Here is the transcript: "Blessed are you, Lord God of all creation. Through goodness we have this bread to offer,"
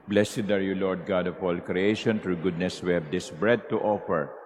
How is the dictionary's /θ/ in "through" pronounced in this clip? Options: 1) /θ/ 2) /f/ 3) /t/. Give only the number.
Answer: 3